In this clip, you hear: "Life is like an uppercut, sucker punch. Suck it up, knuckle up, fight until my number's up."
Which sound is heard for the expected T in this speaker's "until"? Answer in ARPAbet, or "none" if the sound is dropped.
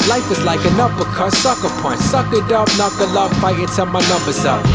S